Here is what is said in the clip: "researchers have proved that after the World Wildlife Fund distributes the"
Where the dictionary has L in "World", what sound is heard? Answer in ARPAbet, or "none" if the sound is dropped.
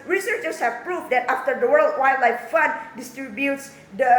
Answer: L